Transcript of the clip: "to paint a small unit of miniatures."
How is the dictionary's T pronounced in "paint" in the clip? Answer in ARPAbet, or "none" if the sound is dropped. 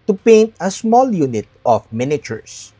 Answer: T